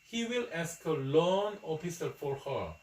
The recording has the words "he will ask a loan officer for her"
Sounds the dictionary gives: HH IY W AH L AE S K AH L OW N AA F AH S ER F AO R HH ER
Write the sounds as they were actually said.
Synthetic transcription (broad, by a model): HH IY W AH L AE S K AH L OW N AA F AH S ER F AO R HH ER